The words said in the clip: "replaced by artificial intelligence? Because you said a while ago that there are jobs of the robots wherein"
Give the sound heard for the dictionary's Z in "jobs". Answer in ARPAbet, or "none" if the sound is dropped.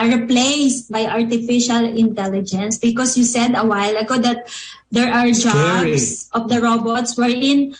S